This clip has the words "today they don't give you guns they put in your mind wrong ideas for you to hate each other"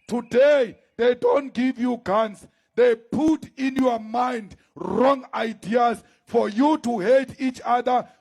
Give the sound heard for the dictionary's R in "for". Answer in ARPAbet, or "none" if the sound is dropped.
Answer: R